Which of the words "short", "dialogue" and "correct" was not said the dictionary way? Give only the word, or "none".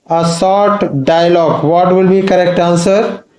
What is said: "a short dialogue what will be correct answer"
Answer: short